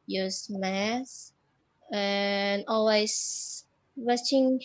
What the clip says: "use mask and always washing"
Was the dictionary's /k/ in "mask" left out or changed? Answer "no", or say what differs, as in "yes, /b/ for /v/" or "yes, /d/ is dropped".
yes, /k/ is dropped